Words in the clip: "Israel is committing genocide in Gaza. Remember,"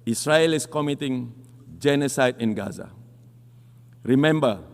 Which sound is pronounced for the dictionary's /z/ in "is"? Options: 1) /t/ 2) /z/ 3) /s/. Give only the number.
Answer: 3